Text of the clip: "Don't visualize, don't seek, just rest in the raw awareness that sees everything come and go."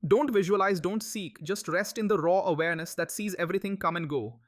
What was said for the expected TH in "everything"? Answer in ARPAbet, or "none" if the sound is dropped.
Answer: T